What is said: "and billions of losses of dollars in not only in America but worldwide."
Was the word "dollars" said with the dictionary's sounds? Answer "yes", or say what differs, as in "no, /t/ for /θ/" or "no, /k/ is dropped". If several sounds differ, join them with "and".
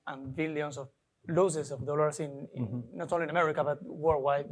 no, /s/ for /z/